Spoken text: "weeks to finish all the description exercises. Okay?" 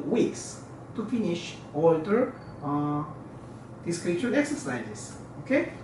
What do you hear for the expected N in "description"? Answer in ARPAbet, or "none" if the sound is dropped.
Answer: none